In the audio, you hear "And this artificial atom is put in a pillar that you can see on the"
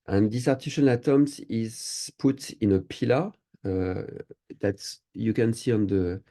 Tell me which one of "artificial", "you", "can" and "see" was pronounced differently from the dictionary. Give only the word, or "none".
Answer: artificial